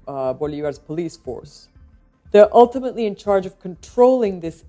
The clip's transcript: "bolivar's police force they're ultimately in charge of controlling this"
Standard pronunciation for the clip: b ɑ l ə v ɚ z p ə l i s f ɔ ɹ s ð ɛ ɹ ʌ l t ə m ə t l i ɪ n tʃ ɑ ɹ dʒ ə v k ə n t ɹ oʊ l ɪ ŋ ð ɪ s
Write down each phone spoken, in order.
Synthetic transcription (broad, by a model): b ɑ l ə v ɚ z p ə l i s f ɔ ɹ s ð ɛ ɹ ʌ l t ə m ə t l i ɪ n tʃ ɑ ɹ dʒ ə v k ə n t ɹ oʊ l ɪ ŋ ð ɪ s